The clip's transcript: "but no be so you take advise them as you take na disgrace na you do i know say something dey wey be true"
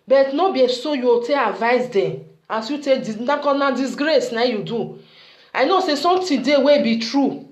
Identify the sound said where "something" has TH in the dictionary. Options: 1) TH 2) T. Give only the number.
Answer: 2